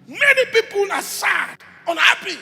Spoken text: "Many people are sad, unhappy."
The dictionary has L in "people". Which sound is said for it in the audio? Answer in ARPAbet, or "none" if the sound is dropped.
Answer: L